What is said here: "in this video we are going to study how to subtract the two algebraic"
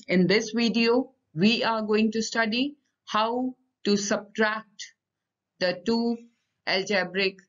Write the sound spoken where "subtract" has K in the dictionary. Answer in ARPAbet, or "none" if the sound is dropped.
K